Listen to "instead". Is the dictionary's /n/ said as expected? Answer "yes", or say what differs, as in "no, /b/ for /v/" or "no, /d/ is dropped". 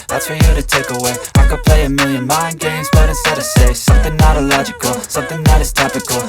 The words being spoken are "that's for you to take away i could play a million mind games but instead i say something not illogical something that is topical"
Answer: no, /n/ is dropped